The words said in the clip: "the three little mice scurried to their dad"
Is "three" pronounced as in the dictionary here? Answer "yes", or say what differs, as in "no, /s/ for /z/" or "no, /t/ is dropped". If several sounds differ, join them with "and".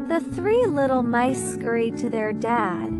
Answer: yes